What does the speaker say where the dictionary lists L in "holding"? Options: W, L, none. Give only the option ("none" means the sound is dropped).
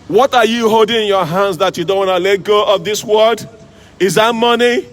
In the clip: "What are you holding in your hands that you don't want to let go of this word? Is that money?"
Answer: L